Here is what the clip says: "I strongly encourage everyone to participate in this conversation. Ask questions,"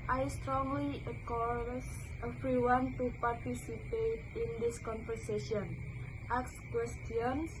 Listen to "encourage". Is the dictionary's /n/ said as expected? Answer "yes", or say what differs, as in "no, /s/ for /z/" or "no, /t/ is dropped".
no, /n/ is dropped